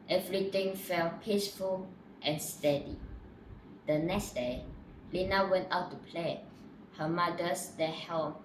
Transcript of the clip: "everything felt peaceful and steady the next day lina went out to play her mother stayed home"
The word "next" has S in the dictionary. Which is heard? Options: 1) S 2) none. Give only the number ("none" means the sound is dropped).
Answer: 1